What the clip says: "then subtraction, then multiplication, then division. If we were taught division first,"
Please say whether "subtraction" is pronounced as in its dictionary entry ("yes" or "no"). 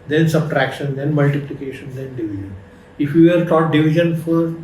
yes